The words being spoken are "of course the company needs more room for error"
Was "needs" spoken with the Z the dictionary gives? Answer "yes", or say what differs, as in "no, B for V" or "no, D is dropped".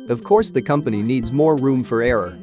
yes